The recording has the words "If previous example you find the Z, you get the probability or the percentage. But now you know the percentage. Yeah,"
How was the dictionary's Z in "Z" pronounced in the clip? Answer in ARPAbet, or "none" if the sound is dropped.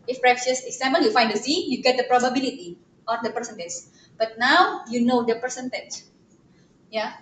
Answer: S